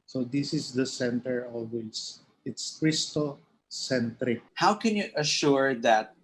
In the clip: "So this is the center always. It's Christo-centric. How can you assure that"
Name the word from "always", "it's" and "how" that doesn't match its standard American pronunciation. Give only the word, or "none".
always